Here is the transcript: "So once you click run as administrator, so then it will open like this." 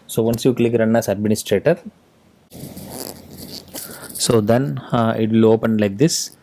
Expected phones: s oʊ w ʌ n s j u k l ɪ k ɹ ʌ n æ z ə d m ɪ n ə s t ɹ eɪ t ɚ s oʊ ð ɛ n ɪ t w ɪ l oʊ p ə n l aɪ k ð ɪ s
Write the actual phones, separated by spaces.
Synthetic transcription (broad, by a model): s oʊ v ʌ n s j u k l ɪ k ɹ ʌ n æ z ə d m ɪ n ə s t ɹ eɪ t ɚ s oʊ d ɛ n ɪ t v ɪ l oʊ p ə n l aɪ k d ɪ s